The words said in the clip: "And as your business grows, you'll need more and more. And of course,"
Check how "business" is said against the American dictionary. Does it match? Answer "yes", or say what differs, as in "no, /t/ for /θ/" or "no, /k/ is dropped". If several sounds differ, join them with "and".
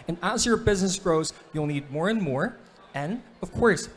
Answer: yes